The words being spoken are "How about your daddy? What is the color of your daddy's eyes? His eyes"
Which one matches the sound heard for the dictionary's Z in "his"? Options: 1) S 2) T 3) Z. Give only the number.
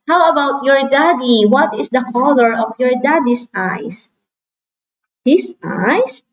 1